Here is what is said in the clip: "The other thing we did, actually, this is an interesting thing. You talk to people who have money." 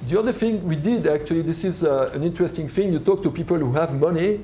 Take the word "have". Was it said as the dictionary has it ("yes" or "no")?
yes